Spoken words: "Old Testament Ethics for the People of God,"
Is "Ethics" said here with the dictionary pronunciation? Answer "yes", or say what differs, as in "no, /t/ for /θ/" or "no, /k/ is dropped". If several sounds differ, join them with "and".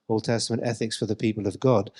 yes